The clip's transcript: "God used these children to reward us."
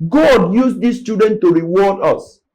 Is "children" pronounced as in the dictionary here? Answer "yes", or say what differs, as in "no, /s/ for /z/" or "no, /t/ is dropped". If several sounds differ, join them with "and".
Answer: no, /l/ is dropped and /ɹ/ is dropped